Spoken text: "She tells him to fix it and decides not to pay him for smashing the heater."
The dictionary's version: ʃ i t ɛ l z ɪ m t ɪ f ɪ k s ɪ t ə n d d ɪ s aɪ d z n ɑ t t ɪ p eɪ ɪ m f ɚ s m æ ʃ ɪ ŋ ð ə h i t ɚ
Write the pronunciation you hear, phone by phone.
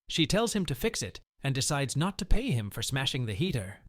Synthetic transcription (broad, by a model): ʃ i t ɛ l z ɪ m t ɪ f ɪ k s ɪ t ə n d d ɪ s aɪ d z n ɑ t t ɪ p eɪ ɪ m f ɚ s m æ ʃ ɪ ŋ ð ə h i t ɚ